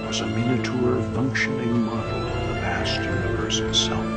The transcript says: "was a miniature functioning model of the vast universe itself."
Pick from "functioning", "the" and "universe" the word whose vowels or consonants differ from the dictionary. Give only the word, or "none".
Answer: universe